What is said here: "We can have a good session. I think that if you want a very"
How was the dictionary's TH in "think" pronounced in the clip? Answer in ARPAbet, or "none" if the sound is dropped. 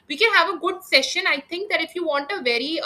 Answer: T